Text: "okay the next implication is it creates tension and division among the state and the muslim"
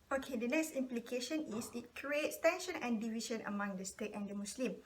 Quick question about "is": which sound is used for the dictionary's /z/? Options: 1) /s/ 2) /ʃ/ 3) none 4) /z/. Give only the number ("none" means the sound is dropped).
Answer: 1